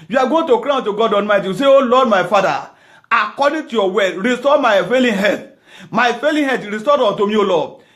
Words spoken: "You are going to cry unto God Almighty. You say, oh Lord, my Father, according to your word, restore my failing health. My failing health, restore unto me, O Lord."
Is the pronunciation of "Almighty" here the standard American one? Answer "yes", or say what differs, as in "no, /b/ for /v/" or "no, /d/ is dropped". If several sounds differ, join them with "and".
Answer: no, /n/ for /l/